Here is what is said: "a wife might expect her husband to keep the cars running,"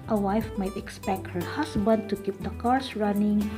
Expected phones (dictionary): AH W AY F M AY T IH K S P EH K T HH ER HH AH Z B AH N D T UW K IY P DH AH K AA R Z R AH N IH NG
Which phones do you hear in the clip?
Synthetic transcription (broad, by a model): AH W AY F M AY T IH K S P EH K T HH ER HH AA S B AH N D T UW K IY P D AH K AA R S R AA N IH NG